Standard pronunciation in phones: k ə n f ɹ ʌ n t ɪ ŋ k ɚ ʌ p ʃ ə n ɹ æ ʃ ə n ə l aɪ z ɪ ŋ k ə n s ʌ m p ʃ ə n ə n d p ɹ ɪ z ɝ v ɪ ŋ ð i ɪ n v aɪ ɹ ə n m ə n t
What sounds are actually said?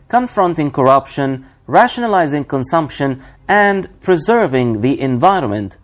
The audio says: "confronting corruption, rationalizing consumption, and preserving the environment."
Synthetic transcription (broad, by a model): k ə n f ɹ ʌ n t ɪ ŋ k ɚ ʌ p ʃ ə n ɹ æ ʃ ə n ə l aɪ z ɪ ŋ k ə n s ʌ m p ʃ ə n ə n d p ɹ ɪ z ɝ v ɪ ŋ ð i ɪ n v aɪ ɹ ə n m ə n t